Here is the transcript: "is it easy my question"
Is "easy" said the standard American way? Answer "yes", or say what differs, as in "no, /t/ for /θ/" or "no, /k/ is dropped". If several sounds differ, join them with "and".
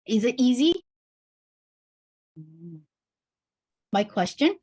yes